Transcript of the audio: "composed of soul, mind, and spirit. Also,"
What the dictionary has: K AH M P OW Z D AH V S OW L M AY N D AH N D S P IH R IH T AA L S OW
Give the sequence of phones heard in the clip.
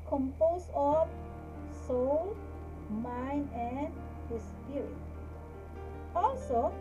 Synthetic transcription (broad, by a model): K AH M P OW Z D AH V S OW L M AY N D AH N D S P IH R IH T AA L S OW